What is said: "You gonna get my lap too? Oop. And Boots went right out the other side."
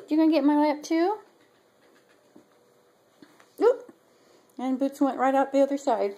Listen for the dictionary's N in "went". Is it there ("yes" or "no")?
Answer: yes